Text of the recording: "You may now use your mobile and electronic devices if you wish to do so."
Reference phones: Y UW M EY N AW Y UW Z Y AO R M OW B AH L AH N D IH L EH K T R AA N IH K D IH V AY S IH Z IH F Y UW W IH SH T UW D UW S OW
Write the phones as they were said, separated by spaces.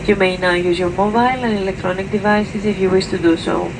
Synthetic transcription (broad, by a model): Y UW M EY N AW Y UW Z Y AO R M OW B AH L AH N IH L EH K T R AA N IH K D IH V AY S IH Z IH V Y UW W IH S T UW D UW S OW